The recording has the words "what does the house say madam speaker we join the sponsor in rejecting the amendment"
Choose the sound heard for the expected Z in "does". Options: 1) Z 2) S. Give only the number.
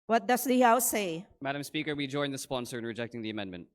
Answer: 2